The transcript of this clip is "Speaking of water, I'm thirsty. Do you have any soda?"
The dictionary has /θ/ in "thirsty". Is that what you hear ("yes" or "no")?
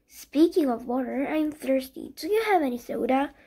yes